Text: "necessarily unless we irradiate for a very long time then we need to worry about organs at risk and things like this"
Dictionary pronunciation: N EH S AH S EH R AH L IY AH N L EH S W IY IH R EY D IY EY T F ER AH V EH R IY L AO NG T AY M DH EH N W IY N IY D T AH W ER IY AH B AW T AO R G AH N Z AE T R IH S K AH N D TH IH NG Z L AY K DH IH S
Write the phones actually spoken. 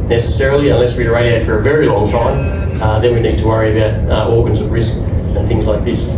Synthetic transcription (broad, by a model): N EH S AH S EH R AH L IY AH N L EH S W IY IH R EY D IY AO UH F ER AH V EH R IY L AO NG T AY M DH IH N W IY N IY D T AH W ER IY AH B AW T AO R G AH N Z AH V R IH S K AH N TH IH NG Z L AY K DH IH S